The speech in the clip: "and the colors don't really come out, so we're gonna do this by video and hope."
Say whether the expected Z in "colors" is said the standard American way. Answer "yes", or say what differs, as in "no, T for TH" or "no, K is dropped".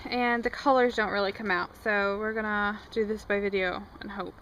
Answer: yes